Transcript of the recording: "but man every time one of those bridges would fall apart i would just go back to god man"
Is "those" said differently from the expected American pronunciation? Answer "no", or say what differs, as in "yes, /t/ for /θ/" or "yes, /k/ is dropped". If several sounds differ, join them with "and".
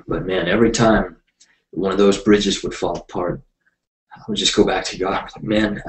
no